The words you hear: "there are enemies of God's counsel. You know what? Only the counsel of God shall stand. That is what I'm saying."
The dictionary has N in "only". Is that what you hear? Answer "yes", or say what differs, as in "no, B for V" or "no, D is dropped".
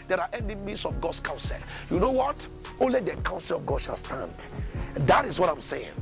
yes